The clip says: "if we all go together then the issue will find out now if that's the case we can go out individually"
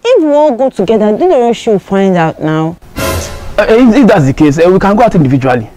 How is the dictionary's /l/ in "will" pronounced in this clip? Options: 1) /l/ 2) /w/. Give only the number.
2